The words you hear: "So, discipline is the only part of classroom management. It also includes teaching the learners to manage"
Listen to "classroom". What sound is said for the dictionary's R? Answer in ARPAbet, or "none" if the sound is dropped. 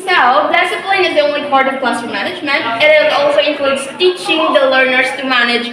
none